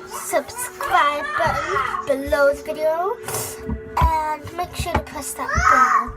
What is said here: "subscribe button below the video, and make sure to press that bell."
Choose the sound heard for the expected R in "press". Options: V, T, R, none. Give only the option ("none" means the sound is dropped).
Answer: none